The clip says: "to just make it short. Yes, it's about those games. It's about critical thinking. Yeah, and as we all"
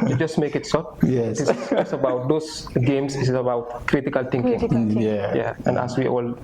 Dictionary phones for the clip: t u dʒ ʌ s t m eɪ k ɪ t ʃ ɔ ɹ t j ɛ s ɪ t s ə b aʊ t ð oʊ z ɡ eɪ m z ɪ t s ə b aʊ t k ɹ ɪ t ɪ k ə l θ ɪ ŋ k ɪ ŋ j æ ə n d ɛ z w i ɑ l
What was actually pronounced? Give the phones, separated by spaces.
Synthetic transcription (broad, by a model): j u dʒ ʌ s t m eɪ k ɪ t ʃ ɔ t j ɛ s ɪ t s ə b aʊ t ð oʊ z ɡ eɪ m s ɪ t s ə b aʊ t k ɹ ɪ t ɪ k ə l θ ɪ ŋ k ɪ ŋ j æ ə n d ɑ s w i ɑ l